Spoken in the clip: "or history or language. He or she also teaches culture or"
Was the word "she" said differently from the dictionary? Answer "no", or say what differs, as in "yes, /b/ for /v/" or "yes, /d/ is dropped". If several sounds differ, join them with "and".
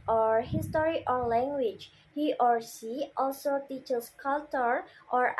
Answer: yes, /s/ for /ʃ/